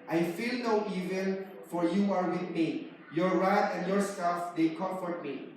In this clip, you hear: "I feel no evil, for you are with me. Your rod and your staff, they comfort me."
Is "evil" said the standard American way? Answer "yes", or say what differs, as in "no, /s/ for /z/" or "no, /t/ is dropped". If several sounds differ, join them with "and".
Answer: no, /n/ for /l/